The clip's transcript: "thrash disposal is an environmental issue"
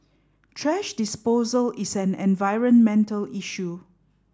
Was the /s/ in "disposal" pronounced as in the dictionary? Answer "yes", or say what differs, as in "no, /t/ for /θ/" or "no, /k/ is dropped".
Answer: yes